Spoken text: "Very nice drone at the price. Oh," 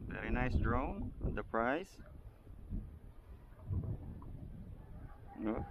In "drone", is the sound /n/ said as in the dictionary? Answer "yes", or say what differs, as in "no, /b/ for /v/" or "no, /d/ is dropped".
no, /n/ is dropped